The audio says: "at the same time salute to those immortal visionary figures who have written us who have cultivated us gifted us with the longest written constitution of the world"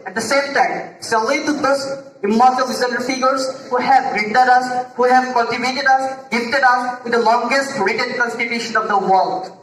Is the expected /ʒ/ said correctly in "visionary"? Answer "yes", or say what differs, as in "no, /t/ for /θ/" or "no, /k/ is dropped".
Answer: no, /z/ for /ʒ/